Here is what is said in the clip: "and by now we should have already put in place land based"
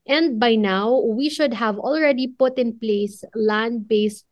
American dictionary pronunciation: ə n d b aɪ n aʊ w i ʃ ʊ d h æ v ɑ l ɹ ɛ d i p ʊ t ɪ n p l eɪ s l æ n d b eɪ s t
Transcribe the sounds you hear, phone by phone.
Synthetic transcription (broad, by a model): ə n d b aɪ n aʊ w i ʃ ʊ d h æ v ɑ l ɹ ɛ d i p ʊ t ɪ n p l eɪ s l æ n d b eɪ s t